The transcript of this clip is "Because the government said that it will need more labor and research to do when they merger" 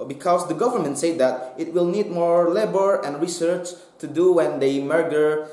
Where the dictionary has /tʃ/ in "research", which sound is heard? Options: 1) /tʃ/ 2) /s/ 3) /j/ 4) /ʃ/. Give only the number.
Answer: 1